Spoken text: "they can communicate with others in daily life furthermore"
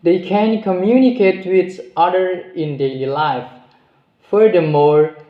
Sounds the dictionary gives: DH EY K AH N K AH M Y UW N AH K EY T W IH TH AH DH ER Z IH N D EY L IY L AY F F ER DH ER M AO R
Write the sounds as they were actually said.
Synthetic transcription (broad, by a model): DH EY K AH N K AH M Y UW N AH K EY T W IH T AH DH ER IH N D EY L IY L AY F F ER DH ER M AO R